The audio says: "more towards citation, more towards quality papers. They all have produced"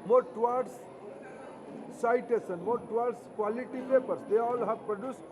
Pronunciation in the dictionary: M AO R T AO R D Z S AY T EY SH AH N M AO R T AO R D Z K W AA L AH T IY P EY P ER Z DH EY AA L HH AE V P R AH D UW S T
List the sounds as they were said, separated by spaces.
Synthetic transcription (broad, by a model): M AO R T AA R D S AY T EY S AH N M AO R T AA R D S K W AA L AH T IY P EY P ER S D EY AA L HH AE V P R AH D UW S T